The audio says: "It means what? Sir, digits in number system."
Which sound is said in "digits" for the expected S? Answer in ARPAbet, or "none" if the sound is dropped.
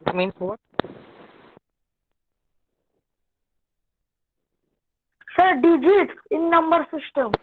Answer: none